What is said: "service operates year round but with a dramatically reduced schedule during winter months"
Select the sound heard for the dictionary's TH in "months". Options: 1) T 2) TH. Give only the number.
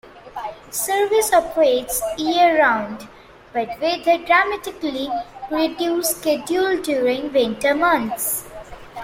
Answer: 1